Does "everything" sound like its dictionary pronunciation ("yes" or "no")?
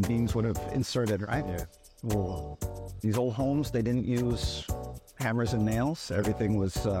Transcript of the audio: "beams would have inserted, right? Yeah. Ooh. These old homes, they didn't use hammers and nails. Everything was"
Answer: yes